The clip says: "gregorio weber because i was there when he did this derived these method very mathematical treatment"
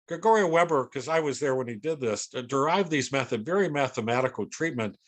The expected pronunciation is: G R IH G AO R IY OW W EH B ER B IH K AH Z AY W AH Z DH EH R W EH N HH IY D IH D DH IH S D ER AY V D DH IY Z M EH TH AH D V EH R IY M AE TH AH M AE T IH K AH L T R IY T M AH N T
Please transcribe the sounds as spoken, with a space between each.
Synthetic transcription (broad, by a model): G R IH G AO R IY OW W EH B ER K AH Z AY W AH Z DH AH R W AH N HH IY D IH D DH IH S D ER AY V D DH IY Z M EH TH AH D V EH R IY M AE TH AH M AE T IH K L T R IY T M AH N T